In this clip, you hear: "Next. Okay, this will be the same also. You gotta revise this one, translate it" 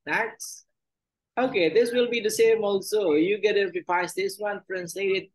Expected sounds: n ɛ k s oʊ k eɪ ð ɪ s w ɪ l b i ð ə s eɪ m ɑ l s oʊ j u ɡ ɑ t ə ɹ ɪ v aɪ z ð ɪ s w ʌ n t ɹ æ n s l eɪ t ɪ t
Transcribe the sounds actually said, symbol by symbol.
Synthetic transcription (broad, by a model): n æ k s oʊ k eɪ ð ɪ s w ɪ l b i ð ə s eɪ m ɑ l s oʊ j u ɡ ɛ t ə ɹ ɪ p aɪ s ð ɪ s w ʌ n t ɹ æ n s l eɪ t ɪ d